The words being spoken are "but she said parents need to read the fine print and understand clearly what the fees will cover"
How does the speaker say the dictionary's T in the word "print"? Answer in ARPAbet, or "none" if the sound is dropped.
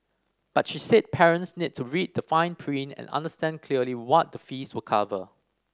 none